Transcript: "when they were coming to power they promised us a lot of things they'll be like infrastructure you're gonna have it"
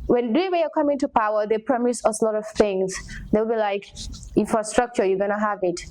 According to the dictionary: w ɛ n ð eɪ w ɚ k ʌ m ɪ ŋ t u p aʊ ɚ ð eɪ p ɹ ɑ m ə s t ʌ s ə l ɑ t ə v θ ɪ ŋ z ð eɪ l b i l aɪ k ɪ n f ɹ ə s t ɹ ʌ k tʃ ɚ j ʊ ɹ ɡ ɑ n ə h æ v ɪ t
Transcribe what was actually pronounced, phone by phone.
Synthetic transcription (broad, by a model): w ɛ n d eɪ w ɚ k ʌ m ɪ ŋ t u p aʊ ɚ ð eɪ p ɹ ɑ m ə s ʌ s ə l ɑ t ə v θ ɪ ŋ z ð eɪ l b i l aɪ k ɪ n f ɹ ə s t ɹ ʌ k tʃ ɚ j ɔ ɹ ɡ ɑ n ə h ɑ v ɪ t